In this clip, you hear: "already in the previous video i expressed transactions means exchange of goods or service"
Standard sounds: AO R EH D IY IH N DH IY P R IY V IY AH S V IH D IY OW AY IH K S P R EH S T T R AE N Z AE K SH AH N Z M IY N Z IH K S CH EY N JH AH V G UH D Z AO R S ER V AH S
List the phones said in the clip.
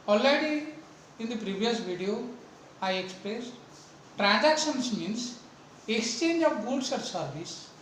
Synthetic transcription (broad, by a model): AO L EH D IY IH N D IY P R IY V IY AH S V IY D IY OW AY IH K S P R EH S T T R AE N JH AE K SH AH N S M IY N S IH K S CH EY N JH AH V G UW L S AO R S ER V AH S